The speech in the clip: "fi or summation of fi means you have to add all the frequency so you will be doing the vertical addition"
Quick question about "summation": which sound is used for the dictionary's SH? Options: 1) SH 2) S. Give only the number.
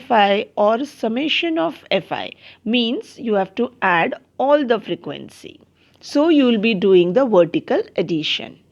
1